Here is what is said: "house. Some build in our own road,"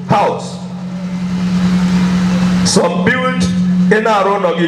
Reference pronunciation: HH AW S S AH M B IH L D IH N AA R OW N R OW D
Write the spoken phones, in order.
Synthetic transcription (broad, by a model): HH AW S S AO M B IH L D IH N AA R OW N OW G